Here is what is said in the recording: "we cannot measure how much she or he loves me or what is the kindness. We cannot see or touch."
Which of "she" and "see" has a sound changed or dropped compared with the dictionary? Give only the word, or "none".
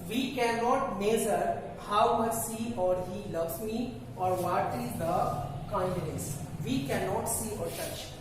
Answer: she